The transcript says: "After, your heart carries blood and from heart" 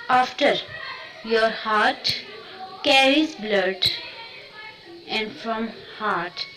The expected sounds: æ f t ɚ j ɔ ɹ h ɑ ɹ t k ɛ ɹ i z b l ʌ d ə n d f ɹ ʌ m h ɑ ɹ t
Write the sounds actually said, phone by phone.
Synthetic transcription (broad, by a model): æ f t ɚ j ɔ ɹ h ɑ ɹ t k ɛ ɹ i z b l ʌ d ə n d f ɹ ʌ m h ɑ ɹ t